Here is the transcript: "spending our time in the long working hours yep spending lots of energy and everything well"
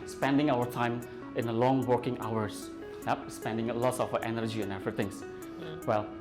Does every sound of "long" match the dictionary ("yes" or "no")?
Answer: yes